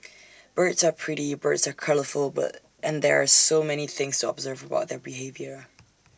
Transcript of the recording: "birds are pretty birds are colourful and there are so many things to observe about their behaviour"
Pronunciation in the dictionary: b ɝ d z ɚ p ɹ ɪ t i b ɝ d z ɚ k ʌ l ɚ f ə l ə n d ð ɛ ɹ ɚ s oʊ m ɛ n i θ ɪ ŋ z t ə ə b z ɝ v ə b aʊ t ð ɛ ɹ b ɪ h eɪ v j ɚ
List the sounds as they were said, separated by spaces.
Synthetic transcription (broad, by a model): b ɝ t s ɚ p ɹ ɪ t i b ɝ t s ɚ k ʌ l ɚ f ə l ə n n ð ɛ ɹ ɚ s oʊ m ɛ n i θ ɪ ŋ z t ə ə b z ɝ v ə b aʊ t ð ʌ ɹ b ɪ h eɪ v j ɚ